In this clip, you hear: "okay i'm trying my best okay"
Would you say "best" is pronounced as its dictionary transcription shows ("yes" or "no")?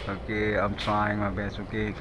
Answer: no